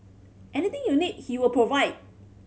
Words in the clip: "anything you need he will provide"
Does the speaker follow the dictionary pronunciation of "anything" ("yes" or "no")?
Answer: no